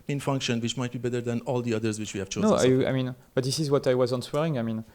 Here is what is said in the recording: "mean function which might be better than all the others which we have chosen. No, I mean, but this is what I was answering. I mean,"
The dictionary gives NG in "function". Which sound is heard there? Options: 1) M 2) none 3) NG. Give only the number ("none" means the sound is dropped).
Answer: 3